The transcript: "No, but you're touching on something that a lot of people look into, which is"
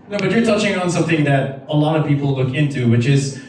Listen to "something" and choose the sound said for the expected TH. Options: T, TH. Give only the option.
TH